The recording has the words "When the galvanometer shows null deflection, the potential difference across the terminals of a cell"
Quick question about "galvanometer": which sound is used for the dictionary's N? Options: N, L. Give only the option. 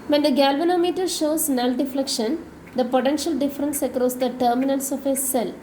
N